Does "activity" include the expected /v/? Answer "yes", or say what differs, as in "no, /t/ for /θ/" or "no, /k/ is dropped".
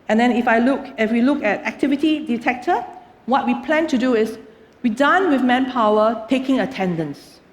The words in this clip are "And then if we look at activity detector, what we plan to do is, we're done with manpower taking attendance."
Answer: yes